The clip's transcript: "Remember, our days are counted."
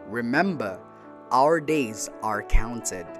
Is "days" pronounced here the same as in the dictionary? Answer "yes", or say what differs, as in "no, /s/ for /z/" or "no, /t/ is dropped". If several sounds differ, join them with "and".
yes